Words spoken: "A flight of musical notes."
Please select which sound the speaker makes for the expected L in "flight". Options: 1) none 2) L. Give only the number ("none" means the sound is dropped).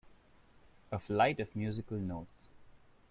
2